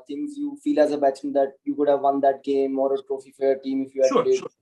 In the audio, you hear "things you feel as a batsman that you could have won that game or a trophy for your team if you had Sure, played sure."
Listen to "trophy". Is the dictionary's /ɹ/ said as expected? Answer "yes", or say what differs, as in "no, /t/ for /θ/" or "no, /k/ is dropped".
yes